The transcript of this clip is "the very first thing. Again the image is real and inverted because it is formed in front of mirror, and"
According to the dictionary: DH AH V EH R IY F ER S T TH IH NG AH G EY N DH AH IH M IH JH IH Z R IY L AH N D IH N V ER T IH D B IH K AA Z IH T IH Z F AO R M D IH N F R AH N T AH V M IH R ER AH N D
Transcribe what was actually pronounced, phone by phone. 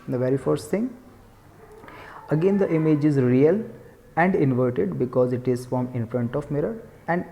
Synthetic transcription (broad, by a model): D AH V EH R IY F ER S T T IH NG AH G EY N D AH IH M IH JH IH Z R IY L AH N D IH N V ER T IH D B IH K AA Z IH T IH Z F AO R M IH N F R AH N T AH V M IH R ER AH N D